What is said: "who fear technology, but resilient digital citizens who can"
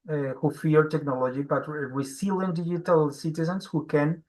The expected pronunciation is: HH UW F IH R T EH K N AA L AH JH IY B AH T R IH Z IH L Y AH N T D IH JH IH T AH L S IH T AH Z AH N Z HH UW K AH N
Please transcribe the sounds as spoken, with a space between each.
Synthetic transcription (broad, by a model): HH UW F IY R T EH K N AA L AH JH IY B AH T W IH S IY L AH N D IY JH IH T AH L S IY T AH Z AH N S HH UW K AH N